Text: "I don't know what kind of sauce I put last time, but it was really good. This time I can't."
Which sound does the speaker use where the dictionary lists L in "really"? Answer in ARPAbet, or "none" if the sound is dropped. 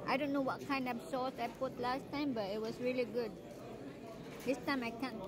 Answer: L